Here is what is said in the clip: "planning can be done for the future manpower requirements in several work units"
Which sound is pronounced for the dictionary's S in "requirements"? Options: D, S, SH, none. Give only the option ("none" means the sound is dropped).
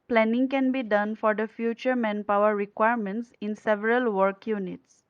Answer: S